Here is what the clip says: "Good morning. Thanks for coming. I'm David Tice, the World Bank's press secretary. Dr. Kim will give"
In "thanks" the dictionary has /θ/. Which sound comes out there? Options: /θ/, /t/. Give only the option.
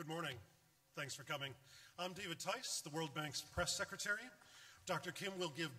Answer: /θ/